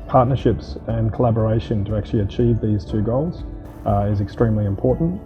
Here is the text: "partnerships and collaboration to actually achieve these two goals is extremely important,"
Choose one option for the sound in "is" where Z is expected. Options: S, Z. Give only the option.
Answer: Z